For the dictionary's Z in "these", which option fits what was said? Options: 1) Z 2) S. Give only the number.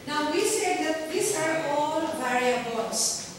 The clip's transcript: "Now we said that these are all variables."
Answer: 2